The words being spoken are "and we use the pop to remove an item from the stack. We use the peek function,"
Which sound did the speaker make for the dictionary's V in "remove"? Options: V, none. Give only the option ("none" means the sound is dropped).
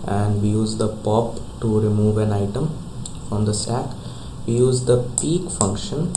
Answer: V